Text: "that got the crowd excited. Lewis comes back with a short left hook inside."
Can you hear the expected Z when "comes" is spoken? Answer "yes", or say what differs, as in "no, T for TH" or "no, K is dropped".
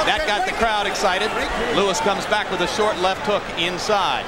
yes